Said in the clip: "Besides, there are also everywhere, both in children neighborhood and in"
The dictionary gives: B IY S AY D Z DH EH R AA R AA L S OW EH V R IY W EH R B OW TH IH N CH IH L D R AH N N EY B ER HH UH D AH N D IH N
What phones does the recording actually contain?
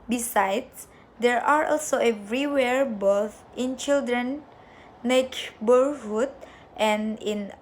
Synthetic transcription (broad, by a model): B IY S AY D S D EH R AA R AA L S OW EH V R IY W EH R B OW TH IH N CH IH L D R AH N L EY B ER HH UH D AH N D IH N